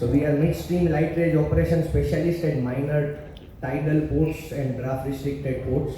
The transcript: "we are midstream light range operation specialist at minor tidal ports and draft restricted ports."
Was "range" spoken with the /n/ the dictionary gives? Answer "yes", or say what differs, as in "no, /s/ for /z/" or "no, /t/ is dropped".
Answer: no, /n/ is dropped